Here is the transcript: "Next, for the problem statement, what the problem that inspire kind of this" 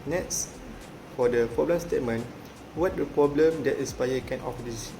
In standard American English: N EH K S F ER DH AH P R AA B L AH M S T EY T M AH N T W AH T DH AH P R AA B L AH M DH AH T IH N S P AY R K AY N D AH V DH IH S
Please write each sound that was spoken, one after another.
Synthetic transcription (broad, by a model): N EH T S F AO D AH P R AA B L AH M S T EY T M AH N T W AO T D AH P R AA B L AH M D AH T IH S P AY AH K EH N AH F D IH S